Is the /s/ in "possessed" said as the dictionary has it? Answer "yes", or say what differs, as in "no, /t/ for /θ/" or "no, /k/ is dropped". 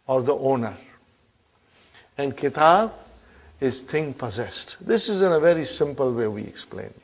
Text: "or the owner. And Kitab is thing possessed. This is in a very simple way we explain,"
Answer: yes